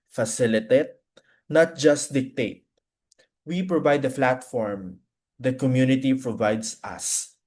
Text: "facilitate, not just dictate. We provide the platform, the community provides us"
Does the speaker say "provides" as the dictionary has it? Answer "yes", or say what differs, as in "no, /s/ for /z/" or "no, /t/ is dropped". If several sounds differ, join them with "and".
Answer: no, /s/ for /z/